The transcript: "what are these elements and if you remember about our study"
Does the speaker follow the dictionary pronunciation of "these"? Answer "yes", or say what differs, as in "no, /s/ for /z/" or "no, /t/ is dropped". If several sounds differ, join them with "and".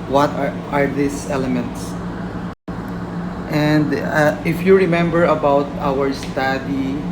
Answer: no, /s/ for /z/